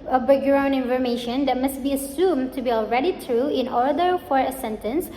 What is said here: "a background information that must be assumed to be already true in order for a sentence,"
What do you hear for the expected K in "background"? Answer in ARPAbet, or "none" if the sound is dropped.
none